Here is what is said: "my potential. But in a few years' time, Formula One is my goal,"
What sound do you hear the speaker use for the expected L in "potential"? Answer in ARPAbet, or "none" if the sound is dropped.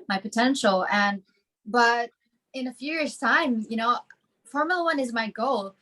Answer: N